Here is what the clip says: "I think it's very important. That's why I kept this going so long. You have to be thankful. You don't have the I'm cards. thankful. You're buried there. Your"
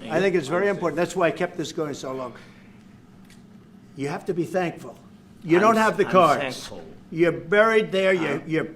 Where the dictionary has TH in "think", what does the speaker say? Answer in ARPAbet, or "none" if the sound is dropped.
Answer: TH